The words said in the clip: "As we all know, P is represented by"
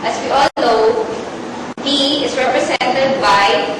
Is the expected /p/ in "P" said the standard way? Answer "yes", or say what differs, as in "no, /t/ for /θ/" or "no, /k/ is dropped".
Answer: no, /b/ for /p/